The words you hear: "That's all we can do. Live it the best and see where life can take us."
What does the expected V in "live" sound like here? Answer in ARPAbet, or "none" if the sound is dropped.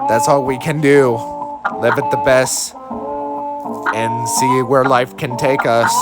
V